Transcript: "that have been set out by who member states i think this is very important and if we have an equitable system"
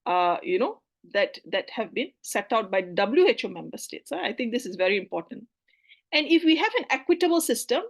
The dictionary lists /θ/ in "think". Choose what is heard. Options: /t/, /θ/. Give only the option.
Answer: /t/